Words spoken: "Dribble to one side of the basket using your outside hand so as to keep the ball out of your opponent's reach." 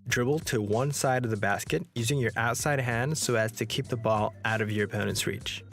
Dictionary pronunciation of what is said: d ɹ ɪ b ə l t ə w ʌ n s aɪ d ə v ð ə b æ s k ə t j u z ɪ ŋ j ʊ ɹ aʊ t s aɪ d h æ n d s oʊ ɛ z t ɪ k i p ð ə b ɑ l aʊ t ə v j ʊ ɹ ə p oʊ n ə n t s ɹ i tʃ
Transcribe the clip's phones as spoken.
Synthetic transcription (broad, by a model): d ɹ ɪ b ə l t ə w ʌ n s aɪ d ə v ð ə b æ s k ə t j u z ɪ ŋ j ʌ ɹ aʊ t s aɪ d h æ n d s oʊ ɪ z t ɪ k i p ð ə b ɑ l aʊ t ə v j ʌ ɹ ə p oʊ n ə n s ɹ i tʃ